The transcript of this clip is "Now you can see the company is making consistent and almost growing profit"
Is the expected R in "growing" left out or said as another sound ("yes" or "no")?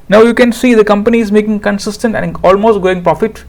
yes